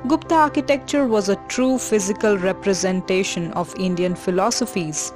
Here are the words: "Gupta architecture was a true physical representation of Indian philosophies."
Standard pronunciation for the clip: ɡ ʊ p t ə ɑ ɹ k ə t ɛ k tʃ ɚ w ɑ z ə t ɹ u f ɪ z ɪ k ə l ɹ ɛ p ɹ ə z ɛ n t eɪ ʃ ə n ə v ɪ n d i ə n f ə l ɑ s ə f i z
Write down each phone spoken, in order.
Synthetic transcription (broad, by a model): ɡ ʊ p t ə ɑ ɹ k ə t ɛ k tʃ ɚ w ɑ z ə t ɹ u f ɪ z ɪ k ə l ɹ ɛ p ɹ ə z ɛ n t eɪ ʃ ə n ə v ɪ n d i ə n f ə l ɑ s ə f i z